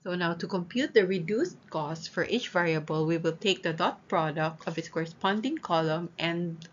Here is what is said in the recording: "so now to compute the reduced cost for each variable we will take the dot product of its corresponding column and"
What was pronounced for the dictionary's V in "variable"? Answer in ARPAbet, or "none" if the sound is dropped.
V